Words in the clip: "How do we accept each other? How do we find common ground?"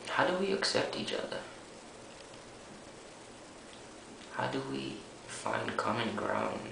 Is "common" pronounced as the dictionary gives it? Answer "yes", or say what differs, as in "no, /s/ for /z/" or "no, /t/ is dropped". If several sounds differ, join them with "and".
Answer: yes